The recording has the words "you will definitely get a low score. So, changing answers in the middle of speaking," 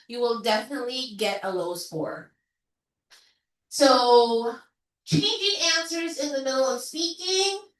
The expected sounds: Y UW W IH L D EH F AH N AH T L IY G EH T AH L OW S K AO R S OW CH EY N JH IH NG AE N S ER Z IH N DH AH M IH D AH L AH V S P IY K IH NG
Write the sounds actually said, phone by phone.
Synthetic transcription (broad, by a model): Y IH W IH L D EH F AH N AH T L IY G EH T AH L OW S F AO R S OW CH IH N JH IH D AE N S ER Z IH N DH AH M IH D L AH V S P IY K IH NG